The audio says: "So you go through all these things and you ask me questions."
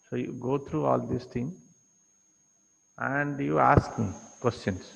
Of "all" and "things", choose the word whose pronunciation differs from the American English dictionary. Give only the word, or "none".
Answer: things